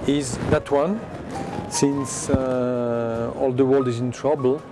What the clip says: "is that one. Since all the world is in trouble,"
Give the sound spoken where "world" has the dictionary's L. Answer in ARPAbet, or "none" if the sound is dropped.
L